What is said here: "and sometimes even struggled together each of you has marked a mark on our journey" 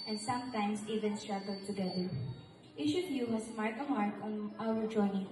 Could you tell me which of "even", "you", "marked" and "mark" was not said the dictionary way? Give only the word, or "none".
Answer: marked